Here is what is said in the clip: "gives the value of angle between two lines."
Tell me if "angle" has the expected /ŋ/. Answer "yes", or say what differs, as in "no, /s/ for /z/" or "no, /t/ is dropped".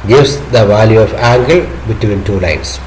yes